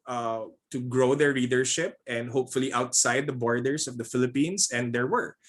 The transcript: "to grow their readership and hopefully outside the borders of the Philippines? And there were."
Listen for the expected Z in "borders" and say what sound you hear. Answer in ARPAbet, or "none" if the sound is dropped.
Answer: S